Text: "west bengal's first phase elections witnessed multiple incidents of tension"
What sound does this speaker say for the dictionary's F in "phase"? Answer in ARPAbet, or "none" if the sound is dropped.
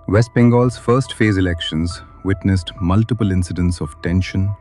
F